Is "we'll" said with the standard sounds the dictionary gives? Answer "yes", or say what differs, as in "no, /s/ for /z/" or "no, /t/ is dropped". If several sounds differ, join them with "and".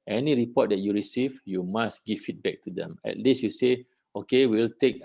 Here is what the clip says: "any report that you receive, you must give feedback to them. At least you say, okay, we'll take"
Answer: yes